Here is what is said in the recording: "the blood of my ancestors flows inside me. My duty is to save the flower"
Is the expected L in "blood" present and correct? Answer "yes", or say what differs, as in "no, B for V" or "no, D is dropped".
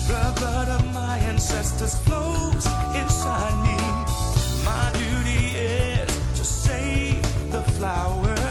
no, L is dropped